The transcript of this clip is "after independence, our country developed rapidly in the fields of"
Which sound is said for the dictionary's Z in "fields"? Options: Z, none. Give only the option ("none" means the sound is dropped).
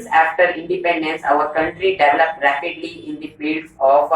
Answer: none